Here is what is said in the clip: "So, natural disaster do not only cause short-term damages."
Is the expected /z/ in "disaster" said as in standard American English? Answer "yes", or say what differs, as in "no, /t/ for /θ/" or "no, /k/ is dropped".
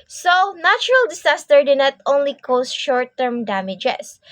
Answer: no, /s/ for /z/